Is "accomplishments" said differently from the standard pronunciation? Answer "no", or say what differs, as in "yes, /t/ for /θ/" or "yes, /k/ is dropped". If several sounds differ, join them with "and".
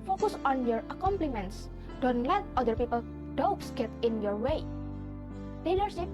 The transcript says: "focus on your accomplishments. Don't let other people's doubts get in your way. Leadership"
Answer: yes, /ʃ/ is dropped